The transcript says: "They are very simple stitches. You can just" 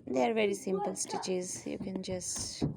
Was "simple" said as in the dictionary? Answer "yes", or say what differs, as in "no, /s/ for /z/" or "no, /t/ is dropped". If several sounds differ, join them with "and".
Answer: yes